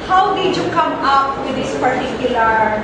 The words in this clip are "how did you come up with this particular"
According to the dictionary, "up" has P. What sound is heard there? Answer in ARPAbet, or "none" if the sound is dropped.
P